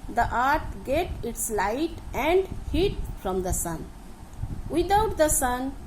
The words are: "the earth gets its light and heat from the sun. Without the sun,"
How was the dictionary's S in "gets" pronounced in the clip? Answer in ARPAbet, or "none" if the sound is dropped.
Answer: none